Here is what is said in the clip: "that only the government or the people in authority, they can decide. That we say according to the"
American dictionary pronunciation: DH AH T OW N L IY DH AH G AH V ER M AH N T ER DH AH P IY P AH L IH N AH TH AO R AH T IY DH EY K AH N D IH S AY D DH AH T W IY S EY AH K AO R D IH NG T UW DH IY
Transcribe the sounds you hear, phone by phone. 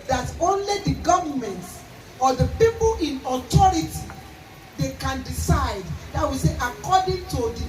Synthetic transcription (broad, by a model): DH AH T OW N L IY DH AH G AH V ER M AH N T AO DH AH P IY P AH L IH N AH T AO R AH T IY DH EY K AH N D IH S AY D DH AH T W IY S EY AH K AO D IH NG T UW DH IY